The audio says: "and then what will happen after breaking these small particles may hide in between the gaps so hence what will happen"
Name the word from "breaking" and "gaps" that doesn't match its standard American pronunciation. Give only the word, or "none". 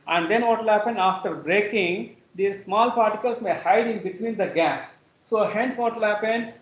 gaps